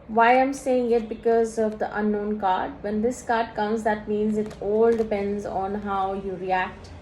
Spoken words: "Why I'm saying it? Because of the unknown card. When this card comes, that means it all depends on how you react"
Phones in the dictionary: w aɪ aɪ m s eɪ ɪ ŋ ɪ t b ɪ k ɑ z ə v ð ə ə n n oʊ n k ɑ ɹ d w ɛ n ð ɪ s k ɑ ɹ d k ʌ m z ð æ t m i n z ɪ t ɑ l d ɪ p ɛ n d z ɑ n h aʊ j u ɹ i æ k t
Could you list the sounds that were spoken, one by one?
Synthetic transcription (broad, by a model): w aɪ aɪ m s eɪ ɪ ŋ ɪ t b ɪ k ɑ z ə v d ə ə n n oʊ n k ɑ ɹ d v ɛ n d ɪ s k ɑ ɹ d k ʌ m z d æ t m i n z ɪ t ɑ l d ɪ p ɛ n d z ɑ n h aʊ j u ɹ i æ k t